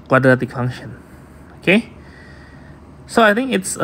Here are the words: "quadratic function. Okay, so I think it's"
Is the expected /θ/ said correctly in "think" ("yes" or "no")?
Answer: no